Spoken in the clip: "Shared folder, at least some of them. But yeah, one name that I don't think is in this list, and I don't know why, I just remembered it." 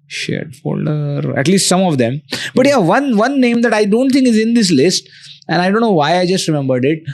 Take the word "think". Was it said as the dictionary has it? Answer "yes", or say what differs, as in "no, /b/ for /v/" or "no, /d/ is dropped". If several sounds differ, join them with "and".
no, /t/ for /θ/